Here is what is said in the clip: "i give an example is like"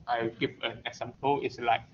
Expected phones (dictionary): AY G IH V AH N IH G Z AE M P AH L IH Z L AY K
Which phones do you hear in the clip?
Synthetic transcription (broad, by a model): AY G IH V AH N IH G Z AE M P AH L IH S L AY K